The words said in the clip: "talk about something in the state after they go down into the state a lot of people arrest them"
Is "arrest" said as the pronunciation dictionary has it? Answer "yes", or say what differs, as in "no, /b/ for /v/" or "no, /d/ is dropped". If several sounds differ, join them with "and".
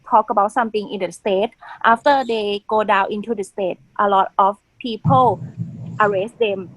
yes